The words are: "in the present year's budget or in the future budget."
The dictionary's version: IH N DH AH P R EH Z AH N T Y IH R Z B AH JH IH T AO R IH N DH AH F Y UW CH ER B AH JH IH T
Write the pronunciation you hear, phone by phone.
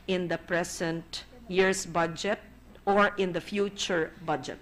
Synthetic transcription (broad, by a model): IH N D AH P R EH S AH N T Y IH R S B AH JH IH T AO R IH N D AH F Y UW CH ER B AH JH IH T